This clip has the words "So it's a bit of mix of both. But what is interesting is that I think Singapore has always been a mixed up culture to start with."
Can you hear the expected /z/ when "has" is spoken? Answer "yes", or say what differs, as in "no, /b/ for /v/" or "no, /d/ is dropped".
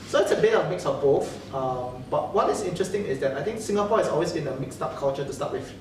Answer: no, /s/ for /z/